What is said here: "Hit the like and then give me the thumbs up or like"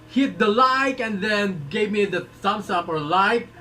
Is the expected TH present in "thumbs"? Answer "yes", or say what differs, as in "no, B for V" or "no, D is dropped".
no, S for TH